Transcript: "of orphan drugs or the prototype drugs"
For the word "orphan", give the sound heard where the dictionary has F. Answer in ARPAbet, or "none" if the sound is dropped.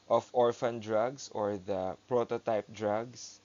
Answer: F